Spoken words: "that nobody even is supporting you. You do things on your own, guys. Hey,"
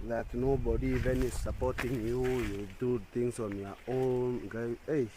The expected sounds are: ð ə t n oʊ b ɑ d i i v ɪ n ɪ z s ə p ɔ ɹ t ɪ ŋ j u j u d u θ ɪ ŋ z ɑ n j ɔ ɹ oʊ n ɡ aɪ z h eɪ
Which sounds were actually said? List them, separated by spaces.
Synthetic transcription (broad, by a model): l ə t n oʊ b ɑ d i i v ɪ n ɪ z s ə p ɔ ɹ t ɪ ŋ j u j u d u t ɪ ŋ s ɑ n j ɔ oʊ n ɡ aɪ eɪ